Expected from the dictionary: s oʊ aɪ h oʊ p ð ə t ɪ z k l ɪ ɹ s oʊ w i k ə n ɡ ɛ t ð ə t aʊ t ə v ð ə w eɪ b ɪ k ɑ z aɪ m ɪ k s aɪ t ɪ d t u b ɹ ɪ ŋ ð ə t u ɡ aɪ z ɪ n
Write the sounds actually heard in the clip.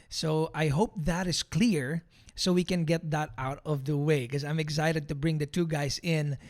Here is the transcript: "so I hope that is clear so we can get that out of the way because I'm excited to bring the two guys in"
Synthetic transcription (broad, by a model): s oʊ aɪ h oʊ p ð ə t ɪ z k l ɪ ɹ s oʊ w i k ə n ɡ ɛ t ð ə t aʊ t ə v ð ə w eɪ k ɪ ɑ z aɪ m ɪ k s aɪ t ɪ d t u b ɹ ɪ ŋ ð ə t u ɡ aɪ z ɪ n